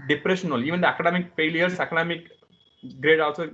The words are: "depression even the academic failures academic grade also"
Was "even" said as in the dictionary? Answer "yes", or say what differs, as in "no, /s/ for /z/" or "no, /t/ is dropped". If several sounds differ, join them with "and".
yes